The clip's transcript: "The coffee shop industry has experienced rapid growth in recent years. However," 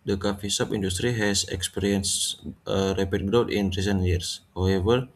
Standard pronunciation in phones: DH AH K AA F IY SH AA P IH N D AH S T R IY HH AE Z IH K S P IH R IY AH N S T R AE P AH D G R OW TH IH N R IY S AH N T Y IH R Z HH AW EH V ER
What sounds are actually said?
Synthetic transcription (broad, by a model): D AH K AA F IY S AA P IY N D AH S T R IY HH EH S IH K S P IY R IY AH N S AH R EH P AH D G R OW T IH N R IY S AH N T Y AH R S HH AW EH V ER